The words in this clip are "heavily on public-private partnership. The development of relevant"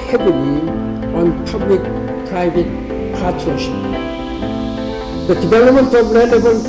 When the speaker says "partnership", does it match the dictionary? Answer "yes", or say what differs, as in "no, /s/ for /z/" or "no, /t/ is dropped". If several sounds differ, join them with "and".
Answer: no, /n/ is dropped